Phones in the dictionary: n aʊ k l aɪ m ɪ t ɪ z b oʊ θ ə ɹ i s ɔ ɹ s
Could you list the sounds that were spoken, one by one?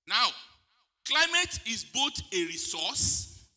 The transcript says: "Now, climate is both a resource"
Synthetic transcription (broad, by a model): n aʊ k l aɪ m ɪ t ɪ z b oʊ t ə ɹ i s ɔ s